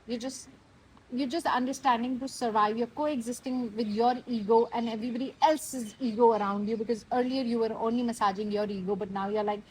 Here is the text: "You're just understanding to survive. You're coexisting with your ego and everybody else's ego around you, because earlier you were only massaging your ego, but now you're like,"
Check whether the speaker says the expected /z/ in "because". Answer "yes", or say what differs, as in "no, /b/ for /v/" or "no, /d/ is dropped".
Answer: yes